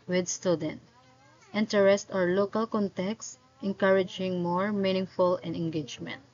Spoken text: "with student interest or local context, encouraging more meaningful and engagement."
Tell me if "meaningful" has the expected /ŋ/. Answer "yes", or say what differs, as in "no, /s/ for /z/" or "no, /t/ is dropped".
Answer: yes